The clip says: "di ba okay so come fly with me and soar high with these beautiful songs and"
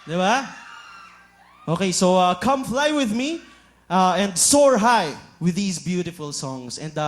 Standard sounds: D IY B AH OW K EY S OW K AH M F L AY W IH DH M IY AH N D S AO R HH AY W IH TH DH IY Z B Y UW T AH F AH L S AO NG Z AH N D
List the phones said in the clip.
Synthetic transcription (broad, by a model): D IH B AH OW K EY S OW K AH M F L AY W IH DH M IY AH N D S AO R HH AY W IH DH IY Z B Y UW T AH F AH L S AO NG S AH N D